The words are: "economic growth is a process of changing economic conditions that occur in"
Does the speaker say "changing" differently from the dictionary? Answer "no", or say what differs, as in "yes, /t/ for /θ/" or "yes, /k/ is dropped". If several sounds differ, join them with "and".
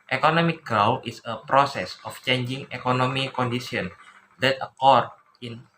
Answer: no